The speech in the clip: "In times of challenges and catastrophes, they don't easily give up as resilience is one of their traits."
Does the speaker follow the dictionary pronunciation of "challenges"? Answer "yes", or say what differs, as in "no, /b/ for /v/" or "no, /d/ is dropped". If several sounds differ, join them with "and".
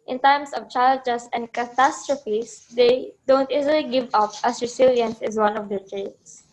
no, /l/ is dropped and /l/ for /n/